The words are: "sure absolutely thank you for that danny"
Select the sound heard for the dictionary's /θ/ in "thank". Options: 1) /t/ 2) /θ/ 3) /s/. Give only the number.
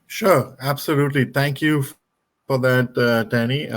1